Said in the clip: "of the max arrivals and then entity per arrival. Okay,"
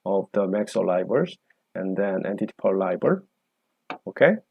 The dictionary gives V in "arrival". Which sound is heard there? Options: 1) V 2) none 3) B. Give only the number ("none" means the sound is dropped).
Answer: 3